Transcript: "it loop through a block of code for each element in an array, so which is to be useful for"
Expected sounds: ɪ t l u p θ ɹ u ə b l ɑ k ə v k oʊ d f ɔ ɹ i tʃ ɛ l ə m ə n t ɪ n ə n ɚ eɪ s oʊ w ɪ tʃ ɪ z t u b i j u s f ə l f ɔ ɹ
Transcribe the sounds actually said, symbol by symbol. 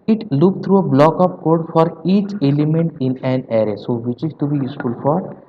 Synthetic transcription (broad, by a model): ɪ t l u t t ɹ u ə b l ɑ k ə p k oʊ d f ɔ ɹ i tʃ ɛ l ə m ə n t ɪ n ə n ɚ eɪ s oʊ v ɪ tʃ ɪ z t u b i j u s f ə l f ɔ ɹ